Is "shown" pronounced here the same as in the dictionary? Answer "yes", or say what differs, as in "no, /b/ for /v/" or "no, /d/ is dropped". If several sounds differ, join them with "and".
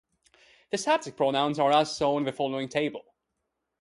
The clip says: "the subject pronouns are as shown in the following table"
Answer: no, /s/ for /ʃ/ and /n/ is dropped